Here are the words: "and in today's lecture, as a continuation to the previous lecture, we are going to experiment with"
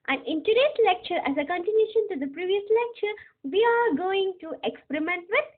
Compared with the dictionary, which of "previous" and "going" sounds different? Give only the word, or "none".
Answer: none